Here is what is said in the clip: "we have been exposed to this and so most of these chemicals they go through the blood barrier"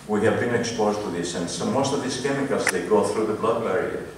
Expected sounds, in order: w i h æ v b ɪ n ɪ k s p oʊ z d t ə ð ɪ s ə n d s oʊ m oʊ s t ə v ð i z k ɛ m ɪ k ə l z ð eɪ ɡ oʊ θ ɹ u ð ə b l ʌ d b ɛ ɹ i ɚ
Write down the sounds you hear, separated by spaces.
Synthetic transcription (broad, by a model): w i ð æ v b ɪ n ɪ k s p oʊ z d t ə ð ɪ s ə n s oʊ m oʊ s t ə v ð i s k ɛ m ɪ k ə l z ð eɪ ɡ oʊ θ ɹ u ð ə b l ʌ d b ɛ ɹ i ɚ